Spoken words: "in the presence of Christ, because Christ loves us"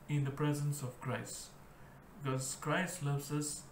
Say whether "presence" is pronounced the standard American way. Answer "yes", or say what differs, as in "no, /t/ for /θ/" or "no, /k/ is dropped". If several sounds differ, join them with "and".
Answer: yes